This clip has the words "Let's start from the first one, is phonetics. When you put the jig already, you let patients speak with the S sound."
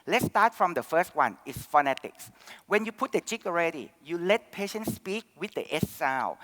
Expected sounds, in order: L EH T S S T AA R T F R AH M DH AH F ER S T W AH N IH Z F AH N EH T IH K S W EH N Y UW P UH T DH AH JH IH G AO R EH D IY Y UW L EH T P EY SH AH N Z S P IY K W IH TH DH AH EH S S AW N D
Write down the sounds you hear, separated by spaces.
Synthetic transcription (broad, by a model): L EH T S S T AA T F R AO M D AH F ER S T W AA N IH S F AH N EH T IH K S W EH N Y UW P UH T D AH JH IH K AO R EH D IY Y UW L EH T P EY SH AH N S P IY K W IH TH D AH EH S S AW